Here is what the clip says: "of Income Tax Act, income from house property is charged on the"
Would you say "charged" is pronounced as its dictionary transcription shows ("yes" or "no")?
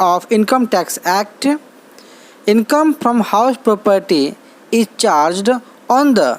yes